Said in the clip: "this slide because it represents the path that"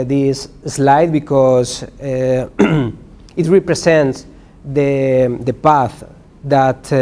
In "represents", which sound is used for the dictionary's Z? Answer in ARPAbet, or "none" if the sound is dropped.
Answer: S